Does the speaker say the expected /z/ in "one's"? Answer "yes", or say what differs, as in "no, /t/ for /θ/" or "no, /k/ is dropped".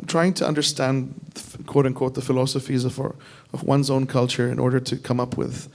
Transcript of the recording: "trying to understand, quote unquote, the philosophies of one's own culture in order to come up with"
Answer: yes